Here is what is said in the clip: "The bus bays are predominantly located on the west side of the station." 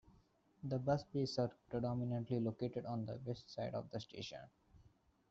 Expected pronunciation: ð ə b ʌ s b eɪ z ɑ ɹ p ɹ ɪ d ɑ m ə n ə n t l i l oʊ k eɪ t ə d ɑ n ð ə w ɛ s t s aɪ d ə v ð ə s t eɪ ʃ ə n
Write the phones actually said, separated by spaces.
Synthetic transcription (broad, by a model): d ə b ʌ s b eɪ s ɑ ɹ p ɹ ɪ d ɑ m ə n ə n t l i l oʊ k eɪ t ə d ɑ n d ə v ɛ s t s aɪ d ə v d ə s t eɪ ʃ ə n